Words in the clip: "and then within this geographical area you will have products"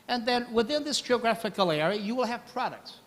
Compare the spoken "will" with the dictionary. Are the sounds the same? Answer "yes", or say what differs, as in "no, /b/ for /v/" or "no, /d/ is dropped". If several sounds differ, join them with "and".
yes